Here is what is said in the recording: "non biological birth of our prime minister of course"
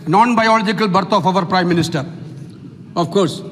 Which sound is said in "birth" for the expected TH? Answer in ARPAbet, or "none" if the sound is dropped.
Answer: F